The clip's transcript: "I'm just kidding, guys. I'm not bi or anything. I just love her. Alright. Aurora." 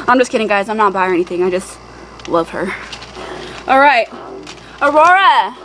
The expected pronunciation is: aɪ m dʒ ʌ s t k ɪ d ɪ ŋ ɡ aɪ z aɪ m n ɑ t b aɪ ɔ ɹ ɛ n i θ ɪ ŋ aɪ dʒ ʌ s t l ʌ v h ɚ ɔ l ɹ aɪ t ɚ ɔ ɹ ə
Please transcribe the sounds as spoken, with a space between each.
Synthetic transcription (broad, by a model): aɪ m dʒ ʌ s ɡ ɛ d ɪ ŋ ɡ aɪ z aɪ m n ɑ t b aɪ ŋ ɛ n i θ ɪ ŋ aɪ dʒ ʌ s t l ʌ v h ɚ ɔ l ɹ aɪ t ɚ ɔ ɹ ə